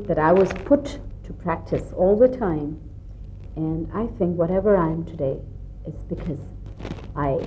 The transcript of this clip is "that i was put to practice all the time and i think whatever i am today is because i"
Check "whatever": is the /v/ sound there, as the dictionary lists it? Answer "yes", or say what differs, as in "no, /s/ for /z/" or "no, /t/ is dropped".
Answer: yes